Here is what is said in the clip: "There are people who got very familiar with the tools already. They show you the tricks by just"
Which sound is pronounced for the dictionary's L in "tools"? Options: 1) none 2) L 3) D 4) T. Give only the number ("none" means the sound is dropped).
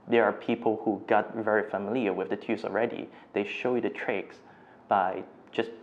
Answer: 1